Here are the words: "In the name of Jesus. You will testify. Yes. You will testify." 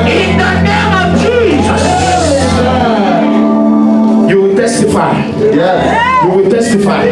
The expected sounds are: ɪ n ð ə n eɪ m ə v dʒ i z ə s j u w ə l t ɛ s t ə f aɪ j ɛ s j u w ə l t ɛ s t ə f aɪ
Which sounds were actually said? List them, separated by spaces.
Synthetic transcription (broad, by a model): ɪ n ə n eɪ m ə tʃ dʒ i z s j u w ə t ɛ s t ə f aɪ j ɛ j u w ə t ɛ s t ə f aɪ